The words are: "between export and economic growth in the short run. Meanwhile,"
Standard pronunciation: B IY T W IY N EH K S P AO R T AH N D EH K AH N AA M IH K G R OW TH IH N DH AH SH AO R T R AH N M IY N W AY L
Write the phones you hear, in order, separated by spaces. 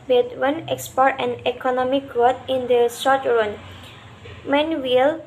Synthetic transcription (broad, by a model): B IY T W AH N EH K S P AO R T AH N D EH K AH N AA M IH K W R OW T IH N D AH S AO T R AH N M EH N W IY L